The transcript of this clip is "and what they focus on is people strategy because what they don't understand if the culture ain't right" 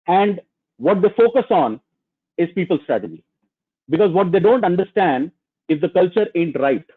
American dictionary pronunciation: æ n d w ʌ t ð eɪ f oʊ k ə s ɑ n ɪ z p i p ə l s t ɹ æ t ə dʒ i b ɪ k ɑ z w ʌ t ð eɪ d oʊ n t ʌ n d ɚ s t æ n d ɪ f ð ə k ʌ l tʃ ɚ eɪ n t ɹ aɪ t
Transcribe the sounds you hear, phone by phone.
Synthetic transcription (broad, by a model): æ n d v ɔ t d eɪ f oʊ k ə s ɑ n ɪ z p i p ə l s t ɹ æ t ə dʒ i b ɪ k ɑ z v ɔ t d eɪ d oʊ n t ʌ n d ɚ s t æ n d ɪ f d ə k ʌ l tʃ ɚ eɪ n t ɹ aɪ t